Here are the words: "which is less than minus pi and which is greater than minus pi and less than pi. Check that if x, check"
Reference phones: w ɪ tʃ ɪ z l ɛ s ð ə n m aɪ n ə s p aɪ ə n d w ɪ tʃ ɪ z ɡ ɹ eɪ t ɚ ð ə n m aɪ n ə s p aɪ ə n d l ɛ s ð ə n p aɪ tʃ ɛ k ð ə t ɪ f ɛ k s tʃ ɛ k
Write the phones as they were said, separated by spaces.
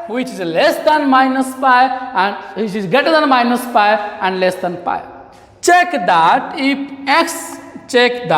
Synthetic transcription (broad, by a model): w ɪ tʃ ɪ z l ɛ s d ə n m aɪ n ə s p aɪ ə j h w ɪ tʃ ɪ z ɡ eɪ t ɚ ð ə n m aɪ n ə s p aɪ ə n d l ɛ s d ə n p aɪ tʃ ɛ k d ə t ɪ p ɛ k s tʃ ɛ k